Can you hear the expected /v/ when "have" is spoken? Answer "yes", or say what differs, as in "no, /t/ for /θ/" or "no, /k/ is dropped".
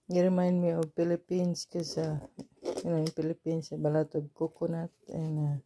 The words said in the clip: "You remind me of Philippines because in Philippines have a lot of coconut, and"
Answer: no, /b/ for /v/